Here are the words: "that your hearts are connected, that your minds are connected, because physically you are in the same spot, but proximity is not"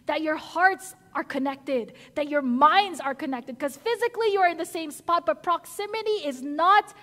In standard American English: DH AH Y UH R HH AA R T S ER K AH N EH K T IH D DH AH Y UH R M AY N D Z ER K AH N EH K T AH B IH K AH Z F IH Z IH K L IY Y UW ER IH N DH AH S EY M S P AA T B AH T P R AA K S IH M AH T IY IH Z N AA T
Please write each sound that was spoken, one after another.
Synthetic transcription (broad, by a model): DH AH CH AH R HH AA R T S ER K AH N EH K T IH D DH AH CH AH R M AY N D Z ER K AH N EH K T AH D K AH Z F IH Z IH K L IY Y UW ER IH N DH AH S EY M S P AA T B AH T P R AA K S IH M AH T IY IH Z N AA T